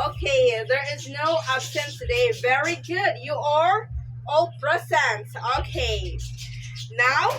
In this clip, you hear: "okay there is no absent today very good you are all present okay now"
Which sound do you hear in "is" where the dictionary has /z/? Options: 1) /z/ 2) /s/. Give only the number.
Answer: 1